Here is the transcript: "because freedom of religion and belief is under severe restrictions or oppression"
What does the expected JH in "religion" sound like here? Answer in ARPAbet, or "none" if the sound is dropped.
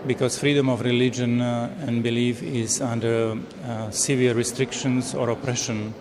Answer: JH